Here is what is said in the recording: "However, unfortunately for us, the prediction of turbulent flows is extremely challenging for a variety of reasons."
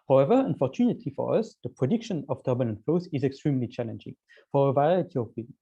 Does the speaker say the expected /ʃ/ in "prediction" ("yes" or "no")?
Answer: yes